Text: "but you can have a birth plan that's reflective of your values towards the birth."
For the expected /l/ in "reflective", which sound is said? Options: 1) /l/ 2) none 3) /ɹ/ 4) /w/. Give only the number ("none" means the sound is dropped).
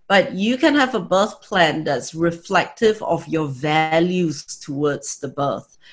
1